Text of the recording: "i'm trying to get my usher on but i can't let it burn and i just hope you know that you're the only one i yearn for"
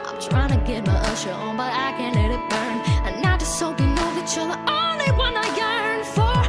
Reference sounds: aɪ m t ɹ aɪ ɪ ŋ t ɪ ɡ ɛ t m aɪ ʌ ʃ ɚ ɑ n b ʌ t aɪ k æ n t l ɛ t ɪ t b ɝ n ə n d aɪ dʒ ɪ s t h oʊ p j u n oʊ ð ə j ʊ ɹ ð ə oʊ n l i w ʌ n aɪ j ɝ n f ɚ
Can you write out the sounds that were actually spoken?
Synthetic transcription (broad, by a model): aɪ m t ɹ aɪ ɪ ŋ t ɪ ɡ ɛ t m aɪ ʌ ʃ ɚ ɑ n b ʌ t aɪ k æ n l ɛ t ɪ t b ɝ n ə n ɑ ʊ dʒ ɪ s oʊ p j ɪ n oʊ ð ə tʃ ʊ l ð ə oʊ n l i w ʌ n aɪ j ɝ n f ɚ